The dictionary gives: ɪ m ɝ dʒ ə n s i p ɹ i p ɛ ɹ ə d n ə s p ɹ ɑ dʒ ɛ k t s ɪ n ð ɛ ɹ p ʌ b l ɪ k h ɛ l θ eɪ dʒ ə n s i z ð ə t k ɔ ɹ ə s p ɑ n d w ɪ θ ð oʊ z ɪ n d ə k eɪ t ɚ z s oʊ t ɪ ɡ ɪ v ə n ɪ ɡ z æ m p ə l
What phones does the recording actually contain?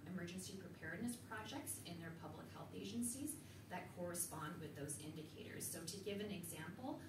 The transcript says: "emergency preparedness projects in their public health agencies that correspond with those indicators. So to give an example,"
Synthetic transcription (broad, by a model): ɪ m ɝ dʒ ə n s i p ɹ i p ɛ ɹ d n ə s p ɹ ɑ dʒ ɛ k t s ɪ n ð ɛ ɹ p ʌ b l ɪ k h ɛ l θ eɪ dʒ ə n s i z ð ə t k ɔ ɹ ə s p ɑ n d w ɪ ð oʊ z ɪ n d ə k eɪ t ɚ z s oʊ t ɪ ɡ ɪ v ə n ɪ ɡ z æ m p l